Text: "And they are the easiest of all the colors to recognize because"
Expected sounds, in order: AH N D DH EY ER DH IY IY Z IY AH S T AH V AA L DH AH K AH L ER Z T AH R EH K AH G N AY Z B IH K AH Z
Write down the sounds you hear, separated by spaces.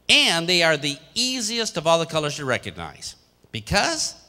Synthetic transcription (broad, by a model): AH N DH EY ER DH IY IY Z IY AH S T AH V AA L DH AH K AH L ER Z T AH R EH K AH G N AY Z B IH K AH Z